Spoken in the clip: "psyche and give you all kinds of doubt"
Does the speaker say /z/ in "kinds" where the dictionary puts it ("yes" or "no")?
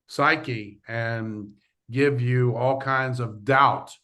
yes